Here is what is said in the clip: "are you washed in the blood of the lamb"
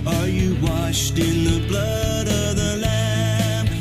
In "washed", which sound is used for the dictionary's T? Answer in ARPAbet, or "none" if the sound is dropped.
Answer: T